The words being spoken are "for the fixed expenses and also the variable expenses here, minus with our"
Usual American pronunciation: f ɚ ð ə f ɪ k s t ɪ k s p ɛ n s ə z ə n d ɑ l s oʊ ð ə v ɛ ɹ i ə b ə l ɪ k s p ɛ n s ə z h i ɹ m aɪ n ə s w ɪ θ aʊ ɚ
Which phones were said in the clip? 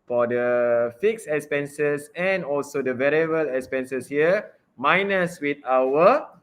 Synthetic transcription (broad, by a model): f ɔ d ə f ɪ k s ɪ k s p ɛ n s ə s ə n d ɑ l s oʊ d ə v ɛ ɹ i ə b ə l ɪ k s p ɛ n s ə s h i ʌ m aɪ n ə s w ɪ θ aʊ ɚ